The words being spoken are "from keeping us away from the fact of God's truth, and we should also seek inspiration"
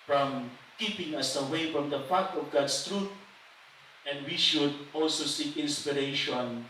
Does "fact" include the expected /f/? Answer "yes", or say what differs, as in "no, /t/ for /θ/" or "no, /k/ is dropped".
no, /p/ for /f/